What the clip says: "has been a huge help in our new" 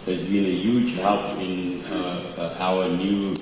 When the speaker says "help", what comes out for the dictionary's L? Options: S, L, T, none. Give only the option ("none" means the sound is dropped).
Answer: none